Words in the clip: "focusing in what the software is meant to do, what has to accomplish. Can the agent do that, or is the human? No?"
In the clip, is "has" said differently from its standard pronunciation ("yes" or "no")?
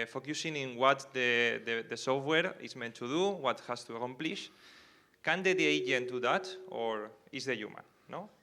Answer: yes